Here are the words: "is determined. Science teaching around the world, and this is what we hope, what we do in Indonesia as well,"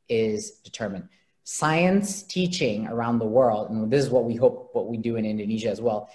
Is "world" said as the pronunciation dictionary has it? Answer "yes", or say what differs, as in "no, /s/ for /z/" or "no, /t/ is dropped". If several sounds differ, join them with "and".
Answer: yes